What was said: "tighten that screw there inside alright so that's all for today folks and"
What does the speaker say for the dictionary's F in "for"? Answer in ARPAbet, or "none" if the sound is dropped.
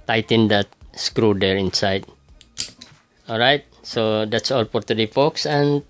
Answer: P